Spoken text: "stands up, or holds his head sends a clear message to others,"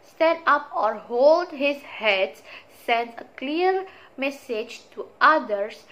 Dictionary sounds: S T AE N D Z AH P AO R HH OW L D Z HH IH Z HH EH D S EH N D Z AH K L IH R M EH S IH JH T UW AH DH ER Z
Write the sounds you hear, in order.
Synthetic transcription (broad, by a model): S T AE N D AH P AO R HH OW L D HH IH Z HH EH D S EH N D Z AH K L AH R M EH S IH JH T UW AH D ER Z